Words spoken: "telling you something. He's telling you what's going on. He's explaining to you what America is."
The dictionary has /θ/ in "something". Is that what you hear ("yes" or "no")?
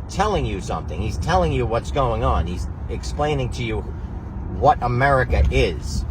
yes